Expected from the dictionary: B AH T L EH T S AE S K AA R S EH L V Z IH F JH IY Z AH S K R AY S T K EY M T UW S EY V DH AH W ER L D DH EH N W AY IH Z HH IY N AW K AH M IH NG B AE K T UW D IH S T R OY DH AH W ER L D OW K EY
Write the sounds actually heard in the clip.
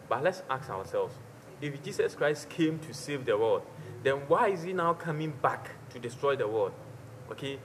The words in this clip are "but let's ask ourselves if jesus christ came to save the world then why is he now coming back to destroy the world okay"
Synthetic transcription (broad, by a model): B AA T L EH T S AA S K AA W S EH L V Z IH F JH IY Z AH S K R AY S T K EY M T UW S EY V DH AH W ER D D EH N W AY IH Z HH IY N AW K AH M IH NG B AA K T UW D IH S T R OY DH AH W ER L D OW K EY